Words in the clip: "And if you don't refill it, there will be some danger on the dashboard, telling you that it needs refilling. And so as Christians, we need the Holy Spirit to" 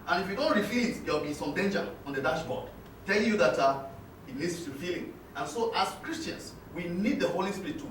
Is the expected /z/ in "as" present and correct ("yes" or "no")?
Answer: no